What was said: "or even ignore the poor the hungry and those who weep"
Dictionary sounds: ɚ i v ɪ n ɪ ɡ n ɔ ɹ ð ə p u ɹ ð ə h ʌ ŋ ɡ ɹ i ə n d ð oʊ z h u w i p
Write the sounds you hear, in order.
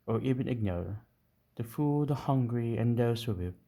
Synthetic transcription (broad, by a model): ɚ i v ɪ n ɪ ɡ n ɔ ɹ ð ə f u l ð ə h ʌ ŋ ɡ ɹ i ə n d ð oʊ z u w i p